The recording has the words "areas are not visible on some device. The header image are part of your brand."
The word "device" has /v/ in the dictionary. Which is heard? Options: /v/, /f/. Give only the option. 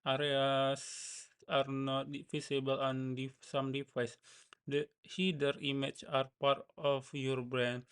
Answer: /f/